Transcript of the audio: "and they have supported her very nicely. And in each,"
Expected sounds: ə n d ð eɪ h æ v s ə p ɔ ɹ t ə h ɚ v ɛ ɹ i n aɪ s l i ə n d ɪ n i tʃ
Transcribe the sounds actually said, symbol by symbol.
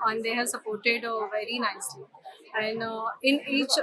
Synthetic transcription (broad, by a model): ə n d eɪ h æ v s ə p ɔ ɹ t ə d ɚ v ɛ ɹ i n aɪ s l i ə n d ɪ n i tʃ